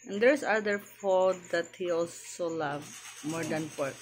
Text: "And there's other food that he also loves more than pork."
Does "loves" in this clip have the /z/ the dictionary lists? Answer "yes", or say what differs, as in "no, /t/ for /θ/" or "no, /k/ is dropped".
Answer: no, /z/ is dropped